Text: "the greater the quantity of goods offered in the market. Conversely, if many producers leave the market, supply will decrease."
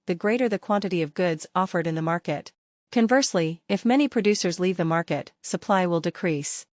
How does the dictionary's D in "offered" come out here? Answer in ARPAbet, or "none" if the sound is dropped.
D